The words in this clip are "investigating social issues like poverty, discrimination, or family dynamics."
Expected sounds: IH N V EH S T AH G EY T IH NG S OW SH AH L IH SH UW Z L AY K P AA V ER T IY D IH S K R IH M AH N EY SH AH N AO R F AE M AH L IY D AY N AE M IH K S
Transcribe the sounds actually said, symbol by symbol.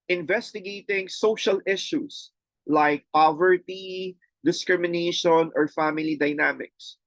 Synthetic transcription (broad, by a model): IH N V EH S T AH G EY T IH NG S OW SH AH L IH SH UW S L AY K P AA V ER T IY D IH S K R IH M AH N EY SH AH N AO R F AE M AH L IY D AY N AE M IH K S